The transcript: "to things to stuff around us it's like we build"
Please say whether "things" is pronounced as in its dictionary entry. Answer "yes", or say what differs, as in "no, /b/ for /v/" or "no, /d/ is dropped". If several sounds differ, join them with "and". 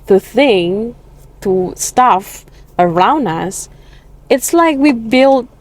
no, /z/ is dropped